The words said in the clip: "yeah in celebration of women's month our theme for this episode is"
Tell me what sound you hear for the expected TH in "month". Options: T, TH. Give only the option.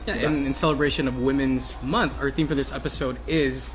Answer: TH